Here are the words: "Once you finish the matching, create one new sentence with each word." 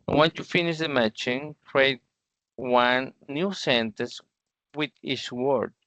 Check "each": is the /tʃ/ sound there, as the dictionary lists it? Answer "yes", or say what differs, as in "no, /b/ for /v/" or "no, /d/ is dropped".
no, /s/ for /tʃ/